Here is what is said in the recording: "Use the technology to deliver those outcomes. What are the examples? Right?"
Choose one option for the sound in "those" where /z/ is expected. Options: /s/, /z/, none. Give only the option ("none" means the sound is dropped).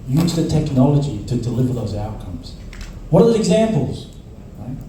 /z/